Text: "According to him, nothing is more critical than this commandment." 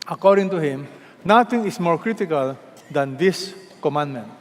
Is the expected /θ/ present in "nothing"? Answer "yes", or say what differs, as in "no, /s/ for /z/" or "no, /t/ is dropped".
no, /t/ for /θ/